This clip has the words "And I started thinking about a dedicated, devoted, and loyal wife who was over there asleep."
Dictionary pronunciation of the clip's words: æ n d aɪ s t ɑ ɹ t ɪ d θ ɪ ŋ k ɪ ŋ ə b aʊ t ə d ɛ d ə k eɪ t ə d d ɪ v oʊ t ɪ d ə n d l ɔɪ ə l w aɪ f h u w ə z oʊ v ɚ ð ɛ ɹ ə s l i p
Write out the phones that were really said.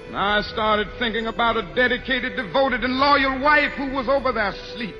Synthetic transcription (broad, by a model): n aɪ s t ɑ ɹ t ɪ d θ ɪ ŋ k ɪ ŋ ə b aʊ t ə d ɛ d ə k eɪ t ə d d ɪ v oʊ t ɪ d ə n l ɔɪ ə l w aɪ f h u w ə z oʊ v ɚ ð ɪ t s l i p